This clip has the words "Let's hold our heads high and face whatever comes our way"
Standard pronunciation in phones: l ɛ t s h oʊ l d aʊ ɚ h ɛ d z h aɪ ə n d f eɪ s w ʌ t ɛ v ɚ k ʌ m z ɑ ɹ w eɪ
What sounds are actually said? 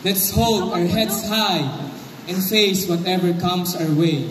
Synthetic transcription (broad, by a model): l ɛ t s h oʊ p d aʊ ɚ h ɛ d s h aɪ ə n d f eɪ s w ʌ t ɛ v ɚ k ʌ m s ɑ ɹ w eɪ